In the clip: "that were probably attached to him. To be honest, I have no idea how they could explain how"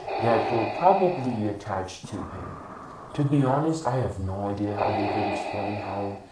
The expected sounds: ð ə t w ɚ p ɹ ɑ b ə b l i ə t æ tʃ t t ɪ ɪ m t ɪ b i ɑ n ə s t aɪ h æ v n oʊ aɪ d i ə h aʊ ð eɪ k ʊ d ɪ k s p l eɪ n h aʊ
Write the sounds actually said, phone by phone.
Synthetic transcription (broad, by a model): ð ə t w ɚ p ɹ ɑ b ə b l i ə t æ tʃ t t ɪ ɪ m t ɪ b i ɑ n ə s t aɪ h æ v n oʊ aɪ d i ə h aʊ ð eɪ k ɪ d ɪ k s p l eɪ n h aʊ